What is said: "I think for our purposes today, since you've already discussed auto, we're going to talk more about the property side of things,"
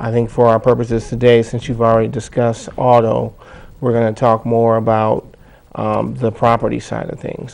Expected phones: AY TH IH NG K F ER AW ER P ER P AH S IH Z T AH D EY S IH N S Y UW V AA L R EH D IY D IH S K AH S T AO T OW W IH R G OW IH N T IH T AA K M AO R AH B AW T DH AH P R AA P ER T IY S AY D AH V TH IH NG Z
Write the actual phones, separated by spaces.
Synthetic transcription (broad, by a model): AY TH IH NG K F ER AW ER P ER P AH S IH Z T AH D EY S IH N S Y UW V L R EH D IY D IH S K AH S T AO T OW W IH R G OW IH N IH T AA K M AO R AH B AW T DH AH P R AA P ER T IY S AY D AH V TH IH NG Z